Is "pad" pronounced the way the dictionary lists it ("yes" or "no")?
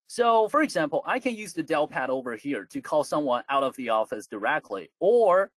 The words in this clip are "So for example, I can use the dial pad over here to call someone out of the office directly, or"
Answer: yes